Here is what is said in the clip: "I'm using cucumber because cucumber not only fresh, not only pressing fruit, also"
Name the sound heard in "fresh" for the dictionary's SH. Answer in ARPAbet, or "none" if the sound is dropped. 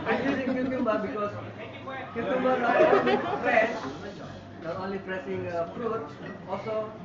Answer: S